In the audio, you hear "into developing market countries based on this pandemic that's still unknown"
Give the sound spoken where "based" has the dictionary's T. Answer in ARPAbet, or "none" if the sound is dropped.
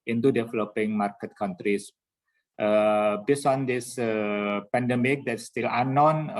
none